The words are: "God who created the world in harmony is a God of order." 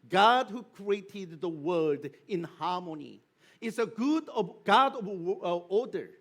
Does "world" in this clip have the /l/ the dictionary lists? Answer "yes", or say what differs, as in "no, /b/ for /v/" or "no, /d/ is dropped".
no, /l/ is dropped